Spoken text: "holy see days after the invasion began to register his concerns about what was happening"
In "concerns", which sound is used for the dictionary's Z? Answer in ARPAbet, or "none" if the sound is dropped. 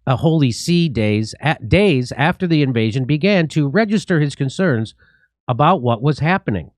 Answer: Z